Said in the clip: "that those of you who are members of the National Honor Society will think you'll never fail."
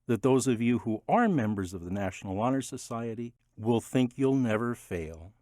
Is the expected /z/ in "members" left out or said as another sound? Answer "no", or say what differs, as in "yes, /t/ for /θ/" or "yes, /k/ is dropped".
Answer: no